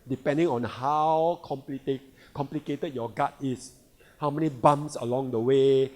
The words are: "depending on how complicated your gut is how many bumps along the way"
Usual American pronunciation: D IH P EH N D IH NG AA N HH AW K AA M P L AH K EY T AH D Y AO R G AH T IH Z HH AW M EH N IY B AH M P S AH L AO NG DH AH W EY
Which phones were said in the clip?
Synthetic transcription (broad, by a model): D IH P EH N D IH NG AA N HH AW K AA M P L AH K EY T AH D Y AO G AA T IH S HH AW M EH N IY B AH M S AH L AO NG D AH W EY